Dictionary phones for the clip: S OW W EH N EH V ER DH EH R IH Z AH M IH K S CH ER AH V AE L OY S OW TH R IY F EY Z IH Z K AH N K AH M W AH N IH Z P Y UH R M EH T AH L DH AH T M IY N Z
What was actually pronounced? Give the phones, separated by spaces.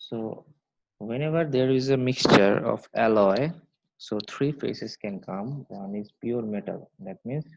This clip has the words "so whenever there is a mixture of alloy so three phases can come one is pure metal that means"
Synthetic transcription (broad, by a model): S OW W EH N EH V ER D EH R IH Z AH M IH K S CH ER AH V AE L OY S OW T R IY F EY S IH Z K AH N K AH M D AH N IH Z P Y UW R M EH T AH L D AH T M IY N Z